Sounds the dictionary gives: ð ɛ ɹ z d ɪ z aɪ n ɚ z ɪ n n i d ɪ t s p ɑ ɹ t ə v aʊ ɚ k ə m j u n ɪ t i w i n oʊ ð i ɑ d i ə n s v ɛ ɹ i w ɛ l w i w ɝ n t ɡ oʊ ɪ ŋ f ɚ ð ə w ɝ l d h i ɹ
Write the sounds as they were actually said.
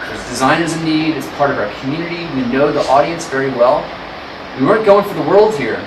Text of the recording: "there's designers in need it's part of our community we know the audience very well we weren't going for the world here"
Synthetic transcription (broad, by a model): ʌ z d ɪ z aɪ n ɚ z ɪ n n i d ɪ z p ɑ ɹ t ə v aʊ ɚ k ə m j u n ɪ t i w i n oʊ ð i ɑ d i ə n s v ɛ ɹ i w ɛ l w i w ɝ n ɡ oʊ ɪ ŋ f ɚ ð ə w ɝ l d h i ɹ